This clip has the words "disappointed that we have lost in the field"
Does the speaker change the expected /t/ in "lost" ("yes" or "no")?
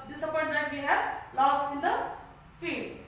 yes